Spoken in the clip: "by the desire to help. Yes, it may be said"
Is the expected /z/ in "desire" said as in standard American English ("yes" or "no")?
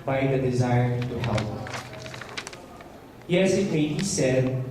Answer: yes